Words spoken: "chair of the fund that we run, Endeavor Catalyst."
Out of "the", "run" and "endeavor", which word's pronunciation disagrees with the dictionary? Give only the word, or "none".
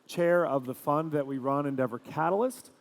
none